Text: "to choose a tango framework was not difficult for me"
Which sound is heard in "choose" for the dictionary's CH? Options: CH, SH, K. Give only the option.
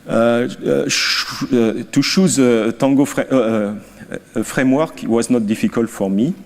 SH